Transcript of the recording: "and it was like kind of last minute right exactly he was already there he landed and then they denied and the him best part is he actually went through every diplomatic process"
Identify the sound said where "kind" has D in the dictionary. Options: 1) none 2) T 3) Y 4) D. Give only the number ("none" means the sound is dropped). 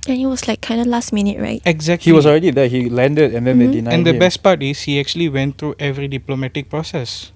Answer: 4